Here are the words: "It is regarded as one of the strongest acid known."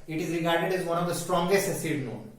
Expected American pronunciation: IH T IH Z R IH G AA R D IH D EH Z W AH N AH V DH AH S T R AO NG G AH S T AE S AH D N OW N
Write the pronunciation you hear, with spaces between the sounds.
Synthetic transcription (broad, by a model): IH T IH Z R IH G AA R D IH D EH Z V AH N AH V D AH S T R AO NG G AH S T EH S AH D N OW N